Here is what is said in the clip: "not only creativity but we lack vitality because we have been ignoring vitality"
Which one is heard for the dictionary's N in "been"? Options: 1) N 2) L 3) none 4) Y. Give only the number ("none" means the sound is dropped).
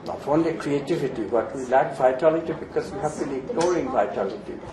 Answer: 2